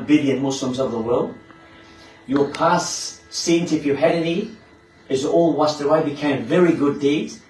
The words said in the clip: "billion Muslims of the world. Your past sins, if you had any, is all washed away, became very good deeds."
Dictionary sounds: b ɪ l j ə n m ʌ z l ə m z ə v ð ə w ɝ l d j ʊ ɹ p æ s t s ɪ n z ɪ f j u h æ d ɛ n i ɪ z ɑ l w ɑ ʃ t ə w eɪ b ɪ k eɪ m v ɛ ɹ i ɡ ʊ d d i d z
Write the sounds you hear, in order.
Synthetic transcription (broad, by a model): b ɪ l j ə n m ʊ s l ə m z ə v ð ə w ɝ l d j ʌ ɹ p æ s s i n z ɪ f j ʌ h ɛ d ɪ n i ɪ z ɑ l w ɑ s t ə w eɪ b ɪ k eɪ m v ɛ ɹ i ɡ ʊ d d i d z